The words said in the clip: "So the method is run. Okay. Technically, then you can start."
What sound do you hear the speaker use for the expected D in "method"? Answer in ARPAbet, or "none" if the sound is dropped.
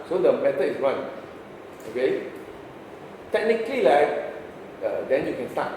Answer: none